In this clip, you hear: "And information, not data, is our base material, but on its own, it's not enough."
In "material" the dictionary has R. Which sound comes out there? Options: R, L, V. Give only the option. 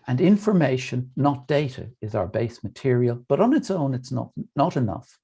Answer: R